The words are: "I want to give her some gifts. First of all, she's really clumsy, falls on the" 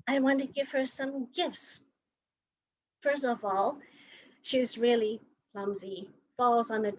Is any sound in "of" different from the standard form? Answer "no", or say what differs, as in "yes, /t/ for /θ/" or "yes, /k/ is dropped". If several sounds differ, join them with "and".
no